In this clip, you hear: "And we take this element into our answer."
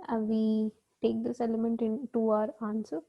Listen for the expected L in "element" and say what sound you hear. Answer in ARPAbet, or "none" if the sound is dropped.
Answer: L